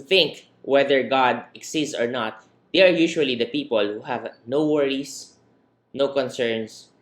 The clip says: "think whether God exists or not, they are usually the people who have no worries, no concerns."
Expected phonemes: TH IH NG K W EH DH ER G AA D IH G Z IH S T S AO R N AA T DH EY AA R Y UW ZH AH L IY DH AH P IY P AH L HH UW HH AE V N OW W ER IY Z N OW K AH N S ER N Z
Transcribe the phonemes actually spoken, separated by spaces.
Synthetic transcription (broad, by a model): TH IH NG K W EH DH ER G AA D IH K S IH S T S AO R N AA T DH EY AA R Y UW SH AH L IY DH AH P IY P AH L HH UW HH AE V N OW W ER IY S N OW K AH N S ER N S